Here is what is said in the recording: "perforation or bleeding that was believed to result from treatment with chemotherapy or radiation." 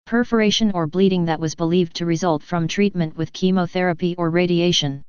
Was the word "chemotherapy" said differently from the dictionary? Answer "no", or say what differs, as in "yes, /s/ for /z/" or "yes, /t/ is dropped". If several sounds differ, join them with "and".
no